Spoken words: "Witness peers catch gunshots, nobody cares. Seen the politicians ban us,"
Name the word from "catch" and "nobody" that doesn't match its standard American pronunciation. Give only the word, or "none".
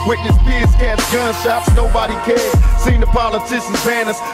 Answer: catch